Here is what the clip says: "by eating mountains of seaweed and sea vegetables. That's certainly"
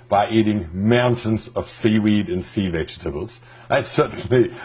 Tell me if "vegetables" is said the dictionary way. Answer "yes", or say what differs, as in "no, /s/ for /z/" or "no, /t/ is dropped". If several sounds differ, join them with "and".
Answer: yes